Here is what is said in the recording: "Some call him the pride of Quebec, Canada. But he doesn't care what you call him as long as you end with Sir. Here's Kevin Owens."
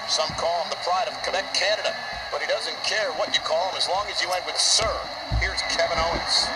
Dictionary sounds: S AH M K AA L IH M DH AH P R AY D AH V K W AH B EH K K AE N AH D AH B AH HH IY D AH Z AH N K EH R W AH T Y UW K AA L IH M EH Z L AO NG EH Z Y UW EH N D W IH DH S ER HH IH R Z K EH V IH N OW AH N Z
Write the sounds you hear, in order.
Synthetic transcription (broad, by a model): S AH M K AA L IH M DH AH P R AY D AH V K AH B EH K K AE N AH D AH B AH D IY D AH Z AH N K EH R W AH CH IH K AA L IH M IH Z L AO NG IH Z Y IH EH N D W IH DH S ER HH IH R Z K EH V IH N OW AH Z